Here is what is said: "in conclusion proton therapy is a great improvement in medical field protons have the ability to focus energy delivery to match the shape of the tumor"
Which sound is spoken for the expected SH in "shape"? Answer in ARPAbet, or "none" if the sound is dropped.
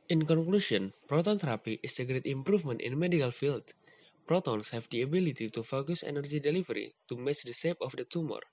S